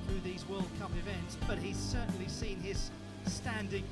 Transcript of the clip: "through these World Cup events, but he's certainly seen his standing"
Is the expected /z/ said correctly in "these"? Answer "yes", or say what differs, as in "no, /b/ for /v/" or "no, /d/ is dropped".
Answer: yes